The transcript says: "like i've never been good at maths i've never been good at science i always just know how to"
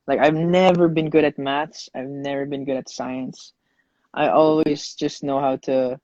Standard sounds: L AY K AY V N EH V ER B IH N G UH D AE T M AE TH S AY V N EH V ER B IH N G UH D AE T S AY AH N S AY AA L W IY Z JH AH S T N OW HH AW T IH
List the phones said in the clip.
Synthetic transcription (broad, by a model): L AY K AY V N EH V ER B IH N G UH D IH T M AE T S AY V N EH V ER B IH N G UH D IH T S AY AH N S AY AA L W IY Z JH AH S T N OW HH AW T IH